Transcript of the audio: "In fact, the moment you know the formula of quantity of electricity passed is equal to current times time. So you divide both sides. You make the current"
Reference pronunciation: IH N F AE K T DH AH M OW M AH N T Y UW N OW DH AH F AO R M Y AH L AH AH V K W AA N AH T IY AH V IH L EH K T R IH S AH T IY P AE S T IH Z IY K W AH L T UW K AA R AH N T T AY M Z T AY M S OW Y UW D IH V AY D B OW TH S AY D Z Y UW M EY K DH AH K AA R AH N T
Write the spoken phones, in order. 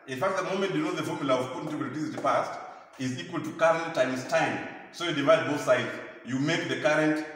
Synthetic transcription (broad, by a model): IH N F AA K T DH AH M OW M AH N T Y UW N OW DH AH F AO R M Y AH L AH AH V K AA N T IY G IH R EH T IY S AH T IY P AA S T IH Z IY K W AH L T UW K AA R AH N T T AY M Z T AY M S OW Y UW D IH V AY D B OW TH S AY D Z Y UW M EY K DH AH K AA R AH N T